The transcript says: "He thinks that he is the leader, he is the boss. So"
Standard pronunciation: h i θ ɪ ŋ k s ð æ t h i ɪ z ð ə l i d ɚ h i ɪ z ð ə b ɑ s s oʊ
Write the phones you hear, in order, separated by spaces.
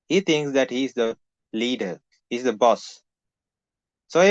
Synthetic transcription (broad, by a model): h i t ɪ ŋ k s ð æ t h i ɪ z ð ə l i d ɚ h i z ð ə b ɑ s s oʊ